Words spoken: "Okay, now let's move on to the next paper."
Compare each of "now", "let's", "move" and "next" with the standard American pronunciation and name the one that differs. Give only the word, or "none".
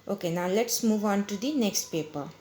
none